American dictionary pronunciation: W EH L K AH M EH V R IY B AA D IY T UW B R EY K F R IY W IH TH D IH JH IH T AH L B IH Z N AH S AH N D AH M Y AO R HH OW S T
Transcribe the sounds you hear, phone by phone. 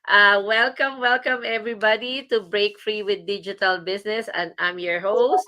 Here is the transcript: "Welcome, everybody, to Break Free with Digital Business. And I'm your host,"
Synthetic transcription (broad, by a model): W EH L K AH M EH V R IY B AA D IY T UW B R EY K F R IY W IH D IH JH IH T AH L B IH S N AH S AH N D AH M Y AO R HH OW S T